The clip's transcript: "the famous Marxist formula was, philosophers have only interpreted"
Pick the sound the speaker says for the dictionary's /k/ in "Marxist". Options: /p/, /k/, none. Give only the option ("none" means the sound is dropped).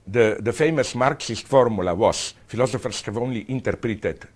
/k/